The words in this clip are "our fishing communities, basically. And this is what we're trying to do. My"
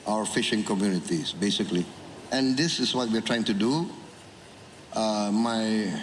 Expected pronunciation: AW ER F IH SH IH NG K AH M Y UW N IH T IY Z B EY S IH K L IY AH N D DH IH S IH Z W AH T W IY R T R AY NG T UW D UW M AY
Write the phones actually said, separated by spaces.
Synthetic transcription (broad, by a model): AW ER F IH SH IH NG K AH M Y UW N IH T IY S B EY S IH K L IY AH N D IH S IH S W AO T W IY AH T R AY NG T UW D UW M AY